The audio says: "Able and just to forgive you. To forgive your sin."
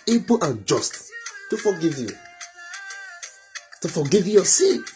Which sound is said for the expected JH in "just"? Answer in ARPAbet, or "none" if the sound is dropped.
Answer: JH